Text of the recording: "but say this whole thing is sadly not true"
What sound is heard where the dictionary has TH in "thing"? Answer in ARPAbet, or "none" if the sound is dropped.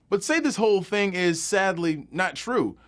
TH